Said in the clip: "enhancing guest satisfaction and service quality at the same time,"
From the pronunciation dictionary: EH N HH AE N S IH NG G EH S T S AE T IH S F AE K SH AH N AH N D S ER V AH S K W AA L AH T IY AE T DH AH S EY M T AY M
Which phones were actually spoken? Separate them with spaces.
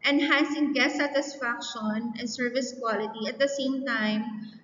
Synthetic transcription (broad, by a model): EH N HH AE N S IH NG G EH T S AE T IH S F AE K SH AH N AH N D S ER V AH S K W AA L AH T IY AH T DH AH S EY M T AY M